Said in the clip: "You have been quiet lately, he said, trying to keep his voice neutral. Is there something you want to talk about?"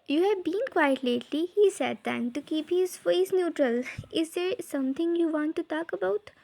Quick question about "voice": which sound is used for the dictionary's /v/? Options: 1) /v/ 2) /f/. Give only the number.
2